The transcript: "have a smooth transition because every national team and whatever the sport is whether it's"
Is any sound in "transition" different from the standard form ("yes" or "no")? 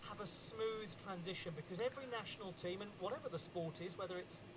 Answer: no